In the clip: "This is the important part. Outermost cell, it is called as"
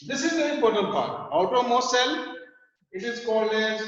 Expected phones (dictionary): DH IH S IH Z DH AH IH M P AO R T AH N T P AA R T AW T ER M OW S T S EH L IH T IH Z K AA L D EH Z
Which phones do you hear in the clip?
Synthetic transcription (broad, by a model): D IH S IH Z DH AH IH M P AO R T AH N T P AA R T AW T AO M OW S S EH L IH T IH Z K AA L EH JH